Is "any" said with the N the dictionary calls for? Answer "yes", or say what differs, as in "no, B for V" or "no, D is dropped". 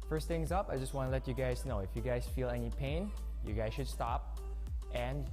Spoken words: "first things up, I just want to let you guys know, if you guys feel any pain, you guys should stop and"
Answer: yes